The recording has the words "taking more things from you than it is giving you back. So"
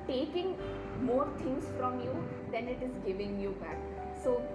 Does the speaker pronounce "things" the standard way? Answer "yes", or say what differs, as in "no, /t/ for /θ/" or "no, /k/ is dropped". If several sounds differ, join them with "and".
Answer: no, /t/ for /θ/